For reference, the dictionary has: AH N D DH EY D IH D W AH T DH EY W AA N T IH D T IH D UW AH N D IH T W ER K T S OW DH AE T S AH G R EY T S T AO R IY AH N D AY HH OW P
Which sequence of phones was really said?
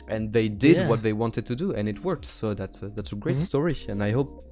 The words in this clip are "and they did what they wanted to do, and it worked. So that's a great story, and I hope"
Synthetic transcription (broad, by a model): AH N DH EY D IH D W AH T DH EY W AA N T IH D T IH D UW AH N IH T W ER K T S OW DH AE T S AH G R EY T S T AO R IY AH N AY HH OW P